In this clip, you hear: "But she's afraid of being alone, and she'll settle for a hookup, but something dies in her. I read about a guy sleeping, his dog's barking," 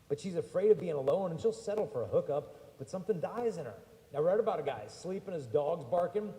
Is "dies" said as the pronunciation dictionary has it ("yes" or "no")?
yes